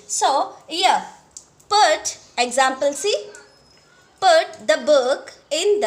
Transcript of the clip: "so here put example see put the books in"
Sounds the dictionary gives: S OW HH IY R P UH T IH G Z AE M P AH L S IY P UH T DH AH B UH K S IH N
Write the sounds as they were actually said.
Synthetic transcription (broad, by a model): S OW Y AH P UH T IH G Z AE M P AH L S IY P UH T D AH B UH K IH N